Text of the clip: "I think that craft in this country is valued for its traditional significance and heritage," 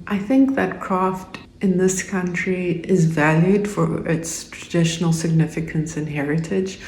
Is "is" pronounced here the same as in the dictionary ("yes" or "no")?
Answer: yes